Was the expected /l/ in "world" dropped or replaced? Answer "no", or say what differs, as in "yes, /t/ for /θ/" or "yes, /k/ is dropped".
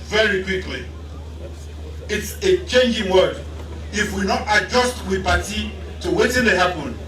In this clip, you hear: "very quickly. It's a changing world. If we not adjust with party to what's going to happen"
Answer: yes, /l/ is dropped